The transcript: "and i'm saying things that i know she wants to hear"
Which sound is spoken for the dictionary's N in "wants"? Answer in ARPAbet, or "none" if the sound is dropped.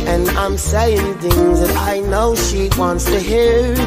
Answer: N